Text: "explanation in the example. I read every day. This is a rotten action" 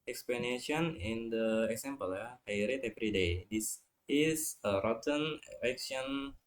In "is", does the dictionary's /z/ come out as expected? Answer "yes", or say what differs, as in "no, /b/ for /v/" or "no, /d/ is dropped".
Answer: no, /s/ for /z/